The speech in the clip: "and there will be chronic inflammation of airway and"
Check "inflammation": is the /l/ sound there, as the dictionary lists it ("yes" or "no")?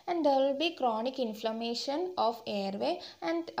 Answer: yes